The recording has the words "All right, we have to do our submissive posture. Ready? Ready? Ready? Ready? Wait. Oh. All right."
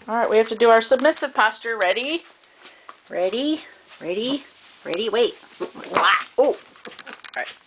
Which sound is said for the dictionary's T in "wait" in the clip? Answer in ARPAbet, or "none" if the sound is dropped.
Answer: T